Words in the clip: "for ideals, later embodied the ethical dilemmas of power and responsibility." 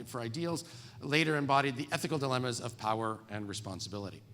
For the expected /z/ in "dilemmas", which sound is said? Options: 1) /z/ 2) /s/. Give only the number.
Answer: 1